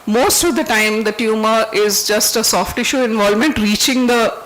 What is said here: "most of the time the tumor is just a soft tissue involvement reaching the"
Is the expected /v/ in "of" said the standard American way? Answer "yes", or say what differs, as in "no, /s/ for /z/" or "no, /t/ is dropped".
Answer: yes